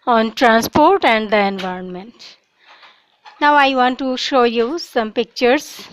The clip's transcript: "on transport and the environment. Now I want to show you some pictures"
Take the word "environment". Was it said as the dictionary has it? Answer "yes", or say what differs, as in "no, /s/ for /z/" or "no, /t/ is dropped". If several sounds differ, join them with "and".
yes